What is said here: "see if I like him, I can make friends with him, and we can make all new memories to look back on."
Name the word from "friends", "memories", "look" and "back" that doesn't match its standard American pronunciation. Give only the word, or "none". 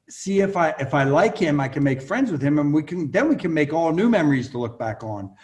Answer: none